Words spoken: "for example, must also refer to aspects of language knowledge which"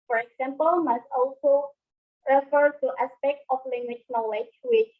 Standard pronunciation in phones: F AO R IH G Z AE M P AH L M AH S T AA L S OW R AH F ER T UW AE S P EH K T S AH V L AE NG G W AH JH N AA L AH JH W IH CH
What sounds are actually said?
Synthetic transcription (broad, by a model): F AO R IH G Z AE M P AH L M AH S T AA L S OW R AH F ER T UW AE S P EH K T AH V L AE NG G W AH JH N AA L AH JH W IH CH